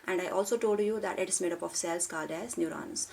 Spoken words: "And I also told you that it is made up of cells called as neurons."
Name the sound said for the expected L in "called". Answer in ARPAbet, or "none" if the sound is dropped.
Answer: none